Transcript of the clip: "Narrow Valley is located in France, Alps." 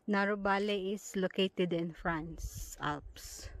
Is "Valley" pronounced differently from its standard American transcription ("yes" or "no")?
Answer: yes